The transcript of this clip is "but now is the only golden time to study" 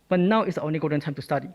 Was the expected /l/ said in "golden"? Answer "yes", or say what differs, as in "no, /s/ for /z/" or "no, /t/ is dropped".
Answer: no, /l/ is dropped